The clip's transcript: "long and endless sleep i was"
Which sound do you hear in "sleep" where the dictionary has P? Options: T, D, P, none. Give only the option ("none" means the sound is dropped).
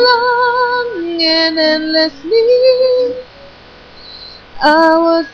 none